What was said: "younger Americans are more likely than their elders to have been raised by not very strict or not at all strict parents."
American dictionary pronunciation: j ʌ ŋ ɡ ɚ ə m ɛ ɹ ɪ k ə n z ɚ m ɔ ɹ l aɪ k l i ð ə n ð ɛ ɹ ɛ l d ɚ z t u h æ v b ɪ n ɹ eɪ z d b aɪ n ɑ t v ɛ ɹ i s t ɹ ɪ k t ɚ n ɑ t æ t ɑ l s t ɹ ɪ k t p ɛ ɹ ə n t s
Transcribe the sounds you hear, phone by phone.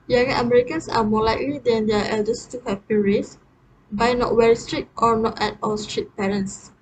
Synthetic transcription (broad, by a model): j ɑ ŋ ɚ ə m ɛ ɹ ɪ k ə n s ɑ m ɔ l aɪ k l i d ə n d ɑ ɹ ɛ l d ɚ s t u h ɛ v b ɪ n ɹ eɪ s b aɪ n ɑ t w ɛ ɹ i s t ɹ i t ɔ n ɑ t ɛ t ɑ l s t ɹ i t p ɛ ɹ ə n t s